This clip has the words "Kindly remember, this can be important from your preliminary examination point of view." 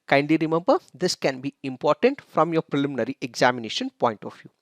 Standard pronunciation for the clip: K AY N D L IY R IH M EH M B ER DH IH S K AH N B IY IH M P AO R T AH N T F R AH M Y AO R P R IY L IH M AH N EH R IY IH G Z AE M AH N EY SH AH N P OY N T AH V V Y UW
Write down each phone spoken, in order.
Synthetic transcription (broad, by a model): K AY N D L IY R IH M EH M B ER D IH S K AH N B IY IH M P AO R T AH N T F R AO M Y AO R P R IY L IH M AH N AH R IY IH G Z AE M AH N EY SH AH N P OY N T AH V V Y UW